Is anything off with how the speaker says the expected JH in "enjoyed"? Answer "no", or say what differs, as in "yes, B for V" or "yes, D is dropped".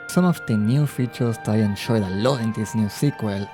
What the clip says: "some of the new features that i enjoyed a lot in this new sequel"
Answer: yes, SH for JH